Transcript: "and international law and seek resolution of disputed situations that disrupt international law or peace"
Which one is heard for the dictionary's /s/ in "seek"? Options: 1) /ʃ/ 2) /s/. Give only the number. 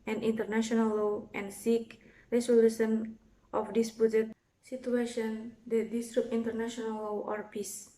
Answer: 2